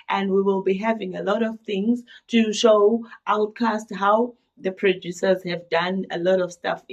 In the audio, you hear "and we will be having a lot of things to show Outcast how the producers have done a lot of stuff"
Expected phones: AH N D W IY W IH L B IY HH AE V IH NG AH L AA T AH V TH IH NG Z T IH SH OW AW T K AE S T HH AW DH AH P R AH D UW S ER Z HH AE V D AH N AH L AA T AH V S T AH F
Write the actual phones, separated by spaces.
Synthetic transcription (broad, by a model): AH N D W IY W IH L B IY HH AE V IH NG AH L AA T AH V TH IH NG Z T IH SH OW AW T K AE S T HH AW DH AH P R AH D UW S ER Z HH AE V D AH N AH L AA T AH V S T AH F